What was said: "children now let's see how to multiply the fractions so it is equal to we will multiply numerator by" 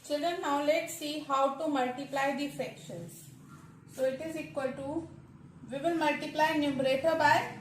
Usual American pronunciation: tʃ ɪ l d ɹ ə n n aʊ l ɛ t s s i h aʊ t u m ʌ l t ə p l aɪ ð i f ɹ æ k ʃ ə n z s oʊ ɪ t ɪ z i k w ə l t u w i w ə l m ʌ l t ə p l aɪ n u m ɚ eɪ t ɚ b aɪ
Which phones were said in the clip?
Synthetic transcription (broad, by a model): tʃ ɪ l d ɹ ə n n aʊ l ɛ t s s i h aʊ t u m ʌ l t ə p l aɪ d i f ɛ k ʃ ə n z s oʊ ɪ t ɪ z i k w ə l t u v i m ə n m ʌ l t ə p l aɪ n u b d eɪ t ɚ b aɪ